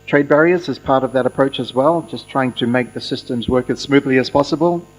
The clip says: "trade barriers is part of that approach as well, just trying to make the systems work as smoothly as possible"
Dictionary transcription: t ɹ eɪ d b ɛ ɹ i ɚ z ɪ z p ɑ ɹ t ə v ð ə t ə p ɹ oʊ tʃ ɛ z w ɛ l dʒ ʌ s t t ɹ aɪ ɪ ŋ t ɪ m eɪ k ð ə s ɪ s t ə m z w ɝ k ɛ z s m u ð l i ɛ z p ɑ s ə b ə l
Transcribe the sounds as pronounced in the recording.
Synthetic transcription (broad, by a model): t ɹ eɪ d b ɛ ɹ i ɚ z ɪ z p ɑ ɹ t ə v ð ə t ə p ɹ oʊ tʃ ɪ z w ɛ l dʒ ʌ s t t ɹ aɪ ɪ ŋ t ɪ m eɪ k ð ə s ɪ s t ə m z w ɝ k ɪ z s m u ð l i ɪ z p ɑ s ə b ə l